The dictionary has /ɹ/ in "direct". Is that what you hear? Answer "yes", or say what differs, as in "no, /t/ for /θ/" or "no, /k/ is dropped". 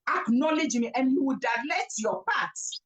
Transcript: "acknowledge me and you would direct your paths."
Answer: no, /l/ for /ɹ/